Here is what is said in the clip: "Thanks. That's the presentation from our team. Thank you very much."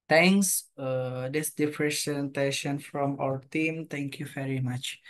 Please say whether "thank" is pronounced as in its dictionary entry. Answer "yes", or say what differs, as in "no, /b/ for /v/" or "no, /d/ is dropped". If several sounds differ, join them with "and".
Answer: no, /t/ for /θ/